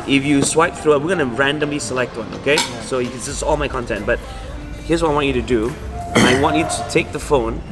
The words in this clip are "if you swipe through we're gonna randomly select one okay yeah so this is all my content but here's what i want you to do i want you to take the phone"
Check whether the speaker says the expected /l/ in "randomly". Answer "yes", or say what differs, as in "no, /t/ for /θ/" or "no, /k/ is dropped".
yes